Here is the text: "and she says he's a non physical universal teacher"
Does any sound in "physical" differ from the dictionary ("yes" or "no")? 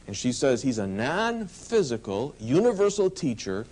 no